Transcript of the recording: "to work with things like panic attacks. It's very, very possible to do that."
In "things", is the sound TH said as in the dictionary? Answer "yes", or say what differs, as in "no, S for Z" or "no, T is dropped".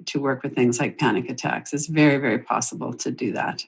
yes